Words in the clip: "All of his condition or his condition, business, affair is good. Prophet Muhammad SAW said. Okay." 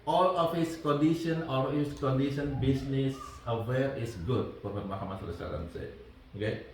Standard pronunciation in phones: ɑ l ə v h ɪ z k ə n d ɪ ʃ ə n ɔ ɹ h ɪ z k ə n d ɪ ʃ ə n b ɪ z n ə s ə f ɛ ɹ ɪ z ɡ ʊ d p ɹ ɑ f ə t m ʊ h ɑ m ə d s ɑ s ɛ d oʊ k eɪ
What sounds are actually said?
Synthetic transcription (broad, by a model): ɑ l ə f h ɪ s k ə n d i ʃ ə n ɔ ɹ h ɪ s k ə n d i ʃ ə n b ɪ s n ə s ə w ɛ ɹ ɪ s ɡ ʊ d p ɑ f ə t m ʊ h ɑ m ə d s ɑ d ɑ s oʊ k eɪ